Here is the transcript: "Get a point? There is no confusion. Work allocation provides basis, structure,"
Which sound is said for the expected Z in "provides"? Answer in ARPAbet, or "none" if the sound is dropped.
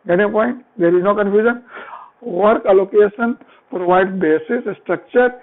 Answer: none